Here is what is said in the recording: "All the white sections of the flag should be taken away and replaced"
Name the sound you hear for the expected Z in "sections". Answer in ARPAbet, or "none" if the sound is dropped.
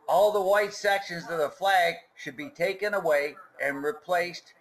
Z